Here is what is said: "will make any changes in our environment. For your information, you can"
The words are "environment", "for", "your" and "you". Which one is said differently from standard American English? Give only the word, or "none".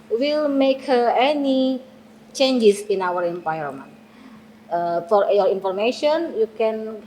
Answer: environment